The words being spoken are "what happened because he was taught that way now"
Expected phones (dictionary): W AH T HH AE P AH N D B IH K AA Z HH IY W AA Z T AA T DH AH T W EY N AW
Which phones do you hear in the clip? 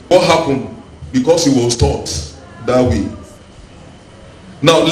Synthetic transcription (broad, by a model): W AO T HH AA P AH N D B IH K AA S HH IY W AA S T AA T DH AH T W EY N AW